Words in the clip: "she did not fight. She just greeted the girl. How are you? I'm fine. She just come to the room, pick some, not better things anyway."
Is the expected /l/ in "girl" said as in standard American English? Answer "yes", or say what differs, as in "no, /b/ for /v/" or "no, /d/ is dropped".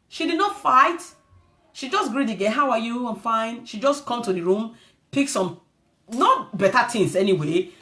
no, /n/ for /l/